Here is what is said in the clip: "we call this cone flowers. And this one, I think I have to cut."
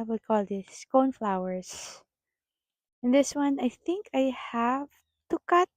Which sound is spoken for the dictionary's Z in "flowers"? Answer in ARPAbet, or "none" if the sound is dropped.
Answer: S